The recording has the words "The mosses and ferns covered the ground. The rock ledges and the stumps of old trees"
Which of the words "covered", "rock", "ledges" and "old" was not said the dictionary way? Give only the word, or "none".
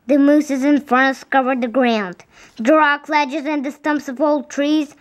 none